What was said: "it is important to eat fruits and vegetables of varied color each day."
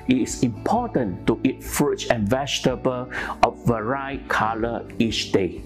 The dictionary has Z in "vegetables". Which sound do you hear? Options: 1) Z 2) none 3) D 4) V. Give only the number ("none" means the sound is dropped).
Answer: 2